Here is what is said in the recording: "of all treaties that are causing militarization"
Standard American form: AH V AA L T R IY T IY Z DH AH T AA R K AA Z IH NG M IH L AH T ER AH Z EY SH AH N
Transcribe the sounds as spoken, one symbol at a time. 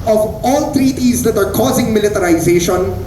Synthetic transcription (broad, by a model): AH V AA L T R IY T IY Z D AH T AA R K AA Z IH NG M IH L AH T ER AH Z EY SH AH N